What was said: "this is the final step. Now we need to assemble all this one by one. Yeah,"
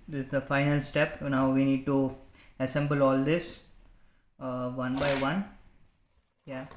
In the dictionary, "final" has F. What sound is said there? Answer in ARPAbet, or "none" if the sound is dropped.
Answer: F